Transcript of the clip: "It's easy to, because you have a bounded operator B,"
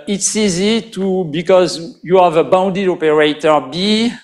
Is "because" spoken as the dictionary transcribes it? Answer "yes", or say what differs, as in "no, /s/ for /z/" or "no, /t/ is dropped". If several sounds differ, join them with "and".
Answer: yes